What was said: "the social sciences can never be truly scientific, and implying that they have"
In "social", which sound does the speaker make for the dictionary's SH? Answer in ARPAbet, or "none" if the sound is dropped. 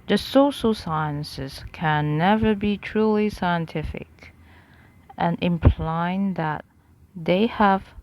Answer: SH